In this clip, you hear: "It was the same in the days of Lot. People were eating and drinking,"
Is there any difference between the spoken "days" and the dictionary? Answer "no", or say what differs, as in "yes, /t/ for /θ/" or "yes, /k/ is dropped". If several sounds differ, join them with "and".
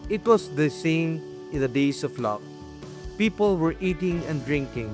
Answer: yes, /s/ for /z/